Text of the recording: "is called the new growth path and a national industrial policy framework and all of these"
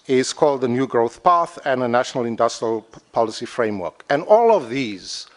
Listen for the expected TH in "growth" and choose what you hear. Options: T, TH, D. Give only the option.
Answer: TH